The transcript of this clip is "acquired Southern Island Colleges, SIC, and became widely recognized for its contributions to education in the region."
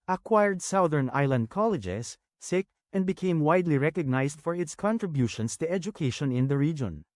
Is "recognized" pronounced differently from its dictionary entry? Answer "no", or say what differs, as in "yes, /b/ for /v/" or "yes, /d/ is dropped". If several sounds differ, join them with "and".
yes, /s/ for /z/